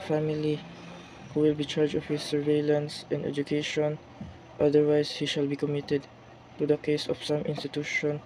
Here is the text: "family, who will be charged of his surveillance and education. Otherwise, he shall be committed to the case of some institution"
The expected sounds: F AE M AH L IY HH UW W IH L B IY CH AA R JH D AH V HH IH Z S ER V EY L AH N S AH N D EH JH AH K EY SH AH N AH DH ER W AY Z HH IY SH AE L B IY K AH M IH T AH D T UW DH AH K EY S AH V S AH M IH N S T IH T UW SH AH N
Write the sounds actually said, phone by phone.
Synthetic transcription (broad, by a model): F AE M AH L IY HH UW W IH L B IY CH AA R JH AH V HH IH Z S ER V EY L AH N S AH N D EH JH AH K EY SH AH N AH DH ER W AY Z HH IY SH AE L B IY K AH M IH T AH D T UW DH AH K EY S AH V S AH M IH N S T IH T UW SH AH N